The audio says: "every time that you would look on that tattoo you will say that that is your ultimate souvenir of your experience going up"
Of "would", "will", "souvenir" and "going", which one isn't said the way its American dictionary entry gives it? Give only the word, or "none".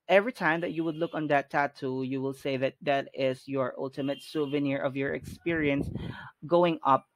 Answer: none